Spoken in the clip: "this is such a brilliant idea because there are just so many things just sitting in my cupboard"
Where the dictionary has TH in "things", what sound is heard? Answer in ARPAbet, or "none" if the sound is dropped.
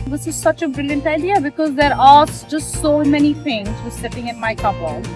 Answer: F